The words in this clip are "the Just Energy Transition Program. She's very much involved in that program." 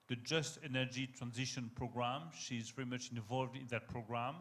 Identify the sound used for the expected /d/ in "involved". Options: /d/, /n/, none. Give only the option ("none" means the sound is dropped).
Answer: /d/